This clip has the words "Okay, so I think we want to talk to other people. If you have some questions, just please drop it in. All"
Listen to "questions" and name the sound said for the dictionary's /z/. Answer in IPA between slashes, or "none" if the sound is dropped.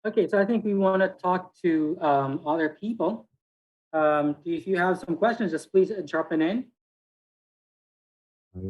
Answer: /z/